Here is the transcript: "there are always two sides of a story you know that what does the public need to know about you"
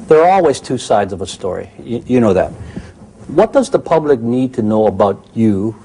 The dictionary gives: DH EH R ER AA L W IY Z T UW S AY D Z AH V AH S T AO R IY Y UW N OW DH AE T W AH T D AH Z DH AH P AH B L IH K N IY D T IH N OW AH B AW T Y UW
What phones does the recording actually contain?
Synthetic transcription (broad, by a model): DH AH R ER AA L W IY Z T UW S AY D Z AH V AH S T AO R IY Y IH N OW DH AE T W AH T D AH Z DH AH P AH B L IH K N IY D T IH N OW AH B AW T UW